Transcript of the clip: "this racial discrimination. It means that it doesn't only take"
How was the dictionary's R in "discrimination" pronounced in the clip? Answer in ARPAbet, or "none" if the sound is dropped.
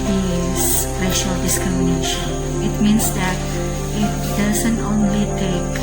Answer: none